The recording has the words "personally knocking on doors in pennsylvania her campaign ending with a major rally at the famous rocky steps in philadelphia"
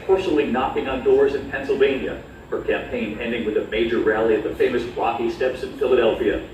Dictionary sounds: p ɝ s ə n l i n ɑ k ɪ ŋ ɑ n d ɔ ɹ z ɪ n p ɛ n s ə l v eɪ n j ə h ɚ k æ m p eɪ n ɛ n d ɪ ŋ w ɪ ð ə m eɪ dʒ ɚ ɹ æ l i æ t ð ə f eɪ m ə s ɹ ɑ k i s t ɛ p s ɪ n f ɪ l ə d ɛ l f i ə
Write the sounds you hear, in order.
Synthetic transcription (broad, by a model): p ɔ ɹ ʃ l i n ɑ k ɪ ŋ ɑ n d ɔ ɹ z ɪ n p ɛ n s l v eɪ n j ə h ɚ k æ m p eɪ n ɛ n d ɪ ŋ w ɪ ð ə m eɪ dʒ ɚ ɹ æ l i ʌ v ð ə f eɪ m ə s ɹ ɑ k i s t ɛ p s ɪ n f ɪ l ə d ɛ l f i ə